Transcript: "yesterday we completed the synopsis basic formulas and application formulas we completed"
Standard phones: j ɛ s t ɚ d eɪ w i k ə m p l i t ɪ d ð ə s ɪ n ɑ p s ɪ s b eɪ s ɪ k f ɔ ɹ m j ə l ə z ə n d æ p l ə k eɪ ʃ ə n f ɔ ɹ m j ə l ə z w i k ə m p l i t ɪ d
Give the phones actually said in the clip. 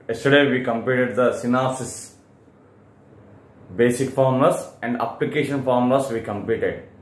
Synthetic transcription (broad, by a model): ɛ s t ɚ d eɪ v i k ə m p i t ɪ d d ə s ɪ n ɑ s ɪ s b eɪ s ɪ k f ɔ ɹ m l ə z ə n d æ p l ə k eɪ ʃ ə n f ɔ ɹ m l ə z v i k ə m p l i t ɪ d